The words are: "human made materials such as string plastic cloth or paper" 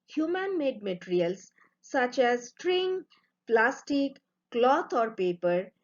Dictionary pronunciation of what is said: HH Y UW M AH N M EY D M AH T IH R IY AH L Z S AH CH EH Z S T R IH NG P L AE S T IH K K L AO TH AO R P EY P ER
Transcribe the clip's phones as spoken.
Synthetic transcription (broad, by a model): HH Y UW M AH N M EY D M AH T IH R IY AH L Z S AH CH EH Z S T R IH NG P L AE S T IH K K L AO T AO R P EY P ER